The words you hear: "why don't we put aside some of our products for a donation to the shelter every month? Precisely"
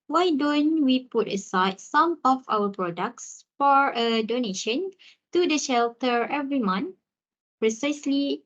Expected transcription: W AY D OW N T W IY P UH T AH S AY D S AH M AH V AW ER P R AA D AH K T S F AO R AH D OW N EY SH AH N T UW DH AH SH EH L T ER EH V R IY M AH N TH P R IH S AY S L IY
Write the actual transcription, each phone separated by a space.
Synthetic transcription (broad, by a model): W AY D OW N T W IY P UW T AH S AY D S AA M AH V AW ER P R AA D AH K T S F AO R AH D OW N EY SH AH N T UW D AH SH EH L T ER EH V R IY M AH N P R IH S AY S L IY